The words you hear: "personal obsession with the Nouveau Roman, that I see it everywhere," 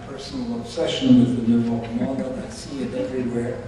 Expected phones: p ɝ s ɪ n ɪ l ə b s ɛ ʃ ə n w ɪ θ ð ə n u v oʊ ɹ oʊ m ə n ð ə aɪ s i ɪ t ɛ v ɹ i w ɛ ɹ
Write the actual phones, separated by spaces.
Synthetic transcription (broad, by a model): p ɝ s n l ə b s ɛ ʃ ə n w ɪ ð ə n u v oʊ l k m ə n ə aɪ s i ɪ t ɛ v ɹ i w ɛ ɹ